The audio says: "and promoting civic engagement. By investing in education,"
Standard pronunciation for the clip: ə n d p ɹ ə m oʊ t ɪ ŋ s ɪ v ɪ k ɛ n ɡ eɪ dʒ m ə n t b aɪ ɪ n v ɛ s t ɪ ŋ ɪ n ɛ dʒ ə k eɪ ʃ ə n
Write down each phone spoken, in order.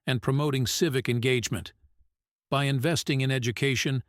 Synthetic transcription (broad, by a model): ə n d p ɹ ə m oʊ t ɪ ŋ s ɪ v ɪ k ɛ n ɡ eɪ dʒ m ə n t b aɪ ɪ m v ɛ s t ɪ ŋ ɪ n ɛ dʒ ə k eɪ ʃ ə n